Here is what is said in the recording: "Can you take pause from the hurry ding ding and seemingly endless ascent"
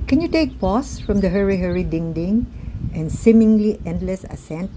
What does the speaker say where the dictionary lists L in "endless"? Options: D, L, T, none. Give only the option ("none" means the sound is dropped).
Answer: L